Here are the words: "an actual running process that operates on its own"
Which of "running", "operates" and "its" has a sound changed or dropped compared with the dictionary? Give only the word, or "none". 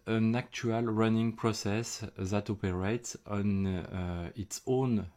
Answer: none